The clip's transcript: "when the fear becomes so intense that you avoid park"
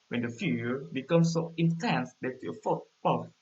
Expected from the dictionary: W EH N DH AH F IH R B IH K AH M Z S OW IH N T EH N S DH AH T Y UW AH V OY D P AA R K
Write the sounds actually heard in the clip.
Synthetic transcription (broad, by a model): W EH N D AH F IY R B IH K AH M S OW IH N T EH N S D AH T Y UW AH F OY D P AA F